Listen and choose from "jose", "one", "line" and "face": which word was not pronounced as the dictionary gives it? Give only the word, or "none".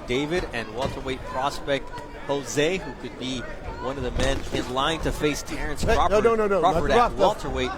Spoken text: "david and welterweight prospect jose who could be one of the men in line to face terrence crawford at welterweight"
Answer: none